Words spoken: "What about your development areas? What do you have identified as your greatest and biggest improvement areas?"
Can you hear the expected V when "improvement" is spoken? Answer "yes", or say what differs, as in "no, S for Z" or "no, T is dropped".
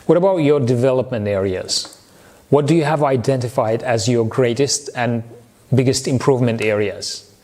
yes